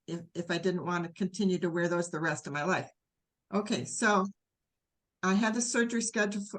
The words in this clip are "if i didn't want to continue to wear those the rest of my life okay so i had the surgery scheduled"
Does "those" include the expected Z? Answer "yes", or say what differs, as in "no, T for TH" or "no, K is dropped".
yes